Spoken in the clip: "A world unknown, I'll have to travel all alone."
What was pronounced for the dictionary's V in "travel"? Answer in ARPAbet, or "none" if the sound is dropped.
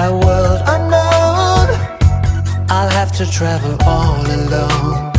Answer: V